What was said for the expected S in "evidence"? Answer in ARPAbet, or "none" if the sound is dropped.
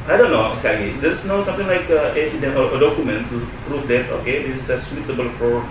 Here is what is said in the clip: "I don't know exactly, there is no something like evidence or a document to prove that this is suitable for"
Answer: none